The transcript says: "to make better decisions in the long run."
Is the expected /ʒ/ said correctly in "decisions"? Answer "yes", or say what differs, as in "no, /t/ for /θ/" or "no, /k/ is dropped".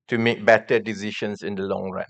no, /ʃ/ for /ʒ/